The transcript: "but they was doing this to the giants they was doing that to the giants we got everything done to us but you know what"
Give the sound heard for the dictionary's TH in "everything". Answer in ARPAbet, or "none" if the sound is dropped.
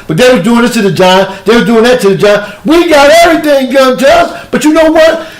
TH